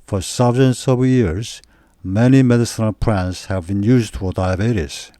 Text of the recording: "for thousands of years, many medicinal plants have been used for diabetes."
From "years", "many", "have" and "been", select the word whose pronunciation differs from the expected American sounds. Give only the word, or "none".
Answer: none